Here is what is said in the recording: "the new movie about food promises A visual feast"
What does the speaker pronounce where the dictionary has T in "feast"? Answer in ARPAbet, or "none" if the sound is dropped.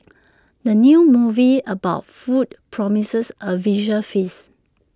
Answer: none